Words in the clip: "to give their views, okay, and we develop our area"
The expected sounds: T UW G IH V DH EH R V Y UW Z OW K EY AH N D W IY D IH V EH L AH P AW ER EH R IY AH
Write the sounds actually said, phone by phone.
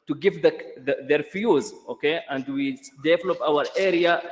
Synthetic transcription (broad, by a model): T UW G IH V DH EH R F Y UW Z OW K EY AH N D W IY D IH V EH L AH P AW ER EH R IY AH